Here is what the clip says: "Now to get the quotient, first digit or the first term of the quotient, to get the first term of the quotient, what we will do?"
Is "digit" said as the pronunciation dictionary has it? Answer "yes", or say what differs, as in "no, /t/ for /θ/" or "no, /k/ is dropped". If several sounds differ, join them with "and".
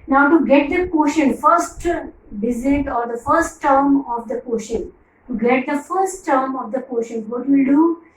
no, /z/ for /dʒ/